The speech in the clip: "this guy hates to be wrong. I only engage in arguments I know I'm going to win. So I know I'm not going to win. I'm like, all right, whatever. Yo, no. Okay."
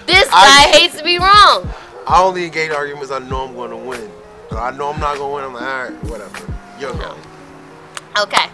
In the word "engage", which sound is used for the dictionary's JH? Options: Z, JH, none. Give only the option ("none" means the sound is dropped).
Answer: none